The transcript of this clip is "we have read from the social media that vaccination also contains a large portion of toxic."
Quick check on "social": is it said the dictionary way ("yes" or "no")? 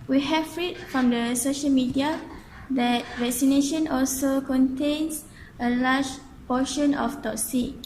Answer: yes